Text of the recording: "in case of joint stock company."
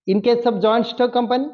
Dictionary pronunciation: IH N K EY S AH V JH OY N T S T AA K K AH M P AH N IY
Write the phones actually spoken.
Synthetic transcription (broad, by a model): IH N K EY S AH B JH OY N T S T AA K K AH M P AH N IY